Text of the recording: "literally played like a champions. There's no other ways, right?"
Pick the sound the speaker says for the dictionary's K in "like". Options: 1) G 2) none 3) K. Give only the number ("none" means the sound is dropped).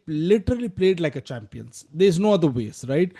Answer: 3